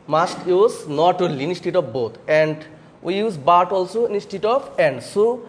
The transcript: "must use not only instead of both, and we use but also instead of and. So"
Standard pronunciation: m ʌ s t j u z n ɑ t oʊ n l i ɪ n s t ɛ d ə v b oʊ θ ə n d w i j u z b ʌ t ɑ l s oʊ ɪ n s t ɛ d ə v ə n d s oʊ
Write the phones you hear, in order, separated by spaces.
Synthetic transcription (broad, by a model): m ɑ s t j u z n ɑ t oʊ l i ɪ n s t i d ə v b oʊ t ə n d w i j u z b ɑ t ɑ l s oʊ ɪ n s t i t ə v ə n d s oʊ